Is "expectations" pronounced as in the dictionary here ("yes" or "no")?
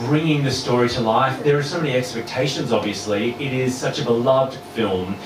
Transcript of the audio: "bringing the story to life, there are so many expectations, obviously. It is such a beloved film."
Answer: yes